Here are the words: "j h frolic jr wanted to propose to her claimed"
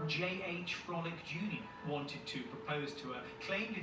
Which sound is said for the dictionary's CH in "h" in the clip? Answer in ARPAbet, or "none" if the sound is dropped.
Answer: CH